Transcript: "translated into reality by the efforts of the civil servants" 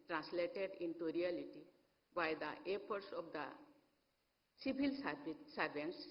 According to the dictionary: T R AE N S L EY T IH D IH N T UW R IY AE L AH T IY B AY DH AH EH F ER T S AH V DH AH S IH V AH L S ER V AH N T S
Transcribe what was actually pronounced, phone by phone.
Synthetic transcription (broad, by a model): T R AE N S L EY T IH D IH N T UW R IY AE L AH T IY B AY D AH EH P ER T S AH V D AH S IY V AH L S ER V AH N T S